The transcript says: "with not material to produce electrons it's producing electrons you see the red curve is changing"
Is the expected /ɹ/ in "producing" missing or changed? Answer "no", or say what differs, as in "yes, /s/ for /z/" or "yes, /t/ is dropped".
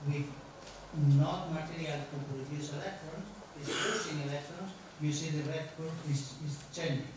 yes, /ɹ/ is dropped